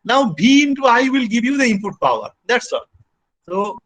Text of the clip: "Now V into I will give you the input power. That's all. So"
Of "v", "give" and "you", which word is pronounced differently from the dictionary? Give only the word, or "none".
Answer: v